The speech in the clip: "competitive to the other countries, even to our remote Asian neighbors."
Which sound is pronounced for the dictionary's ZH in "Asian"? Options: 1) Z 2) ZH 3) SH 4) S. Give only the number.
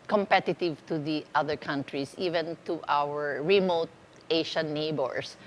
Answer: 3